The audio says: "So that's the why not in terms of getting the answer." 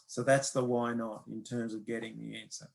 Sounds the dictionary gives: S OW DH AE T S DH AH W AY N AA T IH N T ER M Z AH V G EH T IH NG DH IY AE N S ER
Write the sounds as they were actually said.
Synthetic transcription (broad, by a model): S OW DH AE T S DH AH W AY N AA T IH N T ER M Z AH V G EH T IH NG DH IY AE N S ER